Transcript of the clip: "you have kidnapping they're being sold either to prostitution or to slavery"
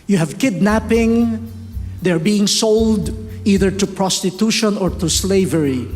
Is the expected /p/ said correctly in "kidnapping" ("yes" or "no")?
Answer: yes